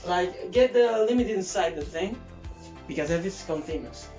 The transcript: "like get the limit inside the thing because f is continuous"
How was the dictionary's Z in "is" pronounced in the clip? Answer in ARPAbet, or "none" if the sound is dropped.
S